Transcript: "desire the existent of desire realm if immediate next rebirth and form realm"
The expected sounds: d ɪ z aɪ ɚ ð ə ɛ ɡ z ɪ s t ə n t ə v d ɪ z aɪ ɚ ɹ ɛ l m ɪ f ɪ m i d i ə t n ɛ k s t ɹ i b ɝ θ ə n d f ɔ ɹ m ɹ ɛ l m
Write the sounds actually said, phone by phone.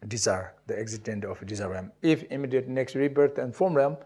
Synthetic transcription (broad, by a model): d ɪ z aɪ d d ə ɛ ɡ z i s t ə n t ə f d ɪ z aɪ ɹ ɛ m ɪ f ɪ m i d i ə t n ɛ k s t ɹ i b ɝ t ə n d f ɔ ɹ m ɹ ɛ m